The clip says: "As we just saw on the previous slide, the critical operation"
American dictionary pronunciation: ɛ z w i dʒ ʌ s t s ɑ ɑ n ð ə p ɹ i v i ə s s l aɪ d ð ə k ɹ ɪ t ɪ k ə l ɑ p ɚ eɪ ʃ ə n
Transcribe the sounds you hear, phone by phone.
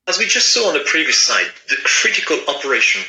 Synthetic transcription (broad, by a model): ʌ z w i dʒ ʌ s t s ɑ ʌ n ð ə p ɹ i v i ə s s aɪ d ð ə k ɹ ɪ t ɪ k ə l ɑ p ɚ eɪ ʃ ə n